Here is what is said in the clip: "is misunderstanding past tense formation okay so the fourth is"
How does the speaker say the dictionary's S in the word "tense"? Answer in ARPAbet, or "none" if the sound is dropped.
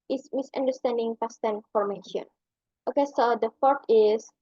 none